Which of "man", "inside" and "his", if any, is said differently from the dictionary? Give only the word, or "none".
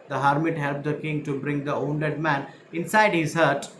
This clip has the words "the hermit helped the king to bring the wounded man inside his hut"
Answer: none